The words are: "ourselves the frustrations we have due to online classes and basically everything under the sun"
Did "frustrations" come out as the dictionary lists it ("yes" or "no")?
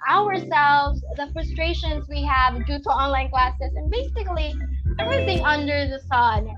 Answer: yes